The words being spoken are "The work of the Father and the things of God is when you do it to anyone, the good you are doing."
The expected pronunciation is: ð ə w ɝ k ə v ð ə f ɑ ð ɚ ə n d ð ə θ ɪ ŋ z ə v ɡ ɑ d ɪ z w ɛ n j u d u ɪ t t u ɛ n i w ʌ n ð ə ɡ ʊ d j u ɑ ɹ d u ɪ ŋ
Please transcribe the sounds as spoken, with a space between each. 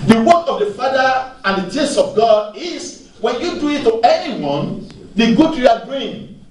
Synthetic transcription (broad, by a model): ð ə w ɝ k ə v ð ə f ɑ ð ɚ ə n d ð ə t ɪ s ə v ɡ ɑ d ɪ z w ɛ n j u d u ɪ t t u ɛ n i w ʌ n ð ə ɡ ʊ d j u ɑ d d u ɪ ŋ